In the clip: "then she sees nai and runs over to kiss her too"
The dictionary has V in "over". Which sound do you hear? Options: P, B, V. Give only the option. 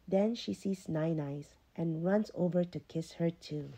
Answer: V